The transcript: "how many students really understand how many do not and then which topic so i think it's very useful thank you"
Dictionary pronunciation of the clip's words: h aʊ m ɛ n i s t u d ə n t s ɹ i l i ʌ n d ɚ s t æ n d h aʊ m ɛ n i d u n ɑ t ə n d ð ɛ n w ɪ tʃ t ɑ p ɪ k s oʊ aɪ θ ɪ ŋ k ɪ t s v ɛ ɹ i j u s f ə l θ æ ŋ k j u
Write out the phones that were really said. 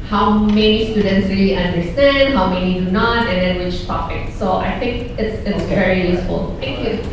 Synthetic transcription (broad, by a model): h aʊ m ɛ n i s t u d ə n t s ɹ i l i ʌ n d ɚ s t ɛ n d h aʊ m ɛ n i d u n ɑ t ə n d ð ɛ n w ɪ tʃ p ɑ f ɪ k s oʊ aɪ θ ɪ ŋ k ɪ t s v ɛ ɹ i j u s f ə l t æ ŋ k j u